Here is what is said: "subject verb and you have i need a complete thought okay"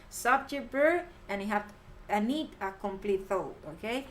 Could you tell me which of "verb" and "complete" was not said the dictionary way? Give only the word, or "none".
verb